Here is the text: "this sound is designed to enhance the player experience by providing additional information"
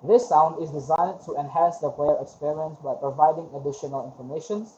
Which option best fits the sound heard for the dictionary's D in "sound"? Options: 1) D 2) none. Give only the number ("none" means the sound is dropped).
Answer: 1